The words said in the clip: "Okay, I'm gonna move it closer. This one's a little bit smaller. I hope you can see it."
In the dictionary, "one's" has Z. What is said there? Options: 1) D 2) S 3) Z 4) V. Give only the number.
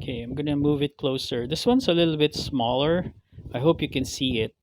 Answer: 2